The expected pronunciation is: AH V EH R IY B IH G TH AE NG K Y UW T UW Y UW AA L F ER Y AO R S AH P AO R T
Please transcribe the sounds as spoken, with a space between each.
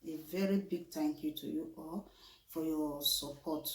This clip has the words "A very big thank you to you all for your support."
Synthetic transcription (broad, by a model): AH V EH R IY B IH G T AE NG K Y UW T UW Y UW AA L F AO Y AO S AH P AO T